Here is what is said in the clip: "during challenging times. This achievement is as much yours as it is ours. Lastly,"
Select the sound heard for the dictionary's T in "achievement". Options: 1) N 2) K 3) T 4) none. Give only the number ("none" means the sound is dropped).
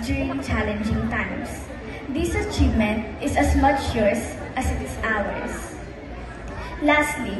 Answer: 3